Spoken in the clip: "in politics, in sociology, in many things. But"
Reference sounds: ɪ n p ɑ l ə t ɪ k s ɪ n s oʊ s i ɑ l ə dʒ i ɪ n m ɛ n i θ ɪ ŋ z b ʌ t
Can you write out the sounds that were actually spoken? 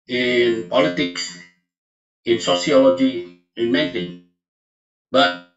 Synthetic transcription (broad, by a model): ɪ n p ɑ l ə t ɪ k s ɪ n s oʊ s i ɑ l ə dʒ i ɪ n m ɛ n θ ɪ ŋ b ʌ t